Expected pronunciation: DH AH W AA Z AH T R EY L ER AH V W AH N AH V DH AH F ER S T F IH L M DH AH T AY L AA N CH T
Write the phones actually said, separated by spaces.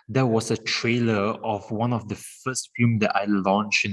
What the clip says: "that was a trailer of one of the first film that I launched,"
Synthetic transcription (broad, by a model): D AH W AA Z AH T R EY L ER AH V W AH N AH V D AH F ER S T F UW M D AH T AY L AA N CH